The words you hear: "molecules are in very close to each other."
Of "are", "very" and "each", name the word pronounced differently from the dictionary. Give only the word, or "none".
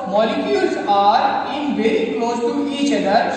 very